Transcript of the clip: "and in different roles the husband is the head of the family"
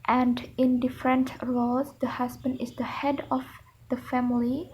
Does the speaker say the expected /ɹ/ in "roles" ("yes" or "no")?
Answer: no